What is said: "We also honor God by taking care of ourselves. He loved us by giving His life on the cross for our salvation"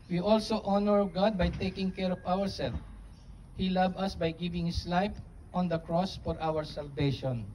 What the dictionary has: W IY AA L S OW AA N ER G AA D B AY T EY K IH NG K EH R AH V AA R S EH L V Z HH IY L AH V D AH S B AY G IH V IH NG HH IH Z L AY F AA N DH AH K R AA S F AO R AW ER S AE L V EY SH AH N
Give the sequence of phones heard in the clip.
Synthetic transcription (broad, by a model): W IY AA L S OW AA N ER G AA D B AY T EY K IH NG K EH R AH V AA R S EH L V HH IY L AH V AH S B AY G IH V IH NG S L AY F AA N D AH K R AA S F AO R AW ER S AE L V EY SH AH N